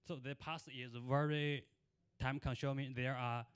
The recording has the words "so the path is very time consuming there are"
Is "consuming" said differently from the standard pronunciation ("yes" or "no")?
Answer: yes